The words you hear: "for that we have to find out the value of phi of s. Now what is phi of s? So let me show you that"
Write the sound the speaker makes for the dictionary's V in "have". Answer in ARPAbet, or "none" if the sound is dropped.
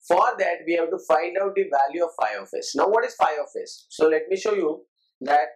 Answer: B